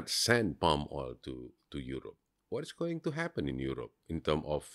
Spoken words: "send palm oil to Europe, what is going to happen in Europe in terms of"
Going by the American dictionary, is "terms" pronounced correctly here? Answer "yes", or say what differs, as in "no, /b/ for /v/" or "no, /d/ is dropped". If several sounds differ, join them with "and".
no, /z/ is dropped